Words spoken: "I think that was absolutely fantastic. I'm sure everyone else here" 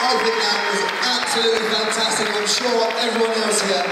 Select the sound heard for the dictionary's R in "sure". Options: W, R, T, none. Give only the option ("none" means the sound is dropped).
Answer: W